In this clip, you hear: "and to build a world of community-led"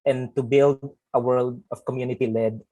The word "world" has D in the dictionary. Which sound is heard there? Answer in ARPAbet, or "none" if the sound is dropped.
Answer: D